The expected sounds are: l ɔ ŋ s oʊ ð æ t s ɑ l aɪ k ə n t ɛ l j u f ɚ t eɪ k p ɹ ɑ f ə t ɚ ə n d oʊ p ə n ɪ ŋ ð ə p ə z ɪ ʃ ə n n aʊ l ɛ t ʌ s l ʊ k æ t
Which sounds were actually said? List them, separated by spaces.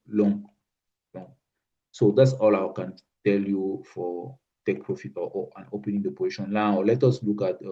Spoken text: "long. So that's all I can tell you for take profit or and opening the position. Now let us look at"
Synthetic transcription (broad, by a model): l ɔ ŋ s oʊ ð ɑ t s ɑ l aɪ k ə n t ɛ l j u f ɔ t eɪ k p ɹ ɑ f ə t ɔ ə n oʊ p ə n ɪ ŋ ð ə p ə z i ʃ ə n l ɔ l ɛ t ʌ s l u k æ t